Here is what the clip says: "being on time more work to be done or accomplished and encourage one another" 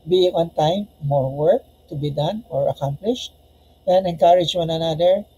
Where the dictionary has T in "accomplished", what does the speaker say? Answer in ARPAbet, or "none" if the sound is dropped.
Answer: T